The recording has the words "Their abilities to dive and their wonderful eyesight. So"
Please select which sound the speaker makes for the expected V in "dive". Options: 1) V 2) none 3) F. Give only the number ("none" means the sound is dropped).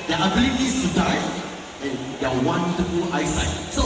2